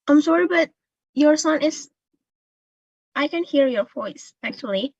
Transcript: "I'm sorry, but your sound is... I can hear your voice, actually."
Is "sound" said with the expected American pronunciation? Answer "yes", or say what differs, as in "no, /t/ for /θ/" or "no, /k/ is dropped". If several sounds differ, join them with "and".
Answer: no, /d/ is dropped